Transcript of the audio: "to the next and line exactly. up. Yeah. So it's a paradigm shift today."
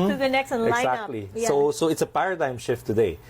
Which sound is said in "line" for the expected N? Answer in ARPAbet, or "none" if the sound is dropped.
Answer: none